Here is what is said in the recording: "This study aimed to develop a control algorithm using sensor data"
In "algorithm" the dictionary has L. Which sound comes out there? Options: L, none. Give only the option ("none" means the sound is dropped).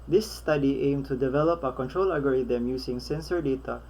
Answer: none